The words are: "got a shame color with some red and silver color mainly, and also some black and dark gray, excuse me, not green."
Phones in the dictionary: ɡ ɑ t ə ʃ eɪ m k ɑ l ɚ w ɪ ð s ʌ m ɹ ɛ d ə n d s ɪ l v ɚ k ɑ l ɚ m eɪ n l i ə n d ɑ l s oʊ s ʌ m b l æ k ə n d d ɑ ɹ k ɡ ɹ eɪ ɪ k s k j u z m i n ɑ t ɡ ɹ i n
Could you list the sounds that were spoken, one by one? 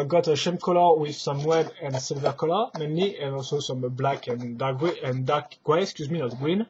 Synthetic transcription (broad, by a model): ɡ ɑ t ə ʃ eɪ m k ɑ l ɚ w ɪ ð s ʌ m w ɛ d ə n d s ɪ l v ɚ k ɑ l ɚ m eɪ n l i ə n ɑ l s oʊ s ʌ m b l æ k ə n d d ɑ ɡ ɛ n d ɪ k s k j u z m i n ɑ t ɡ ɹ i n